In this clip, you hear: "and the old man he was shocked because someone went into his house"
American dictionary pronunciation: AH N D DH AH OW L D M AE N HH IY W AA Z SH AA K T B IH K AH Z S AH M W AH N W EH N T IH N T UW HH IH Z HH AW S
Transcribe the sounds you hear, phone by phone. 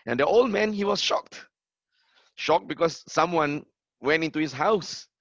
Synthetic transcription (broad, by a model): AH N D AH OW L D M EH N HH IY W AA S SH AA K T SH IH K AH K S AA M W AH N W EH N T IH N T UW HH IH S HH AW S